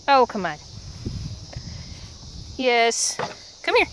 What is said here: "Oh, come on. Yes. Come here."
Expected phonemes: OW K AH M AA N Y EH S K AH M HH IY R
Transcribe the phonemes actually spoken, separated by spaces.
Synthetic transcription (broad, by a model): OW K AH M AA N Y EH S K AH M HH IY R